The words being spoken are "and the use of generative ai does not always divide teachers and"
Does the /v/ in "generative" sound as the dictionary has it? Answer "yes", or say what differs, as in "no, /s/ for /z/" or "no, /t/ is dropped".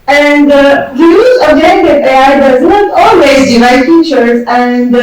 no, /v/ is dropped